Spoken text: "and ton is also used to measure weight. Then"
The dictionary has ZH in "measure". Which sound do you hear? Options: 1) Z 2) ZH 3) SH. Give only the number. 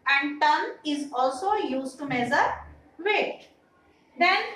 1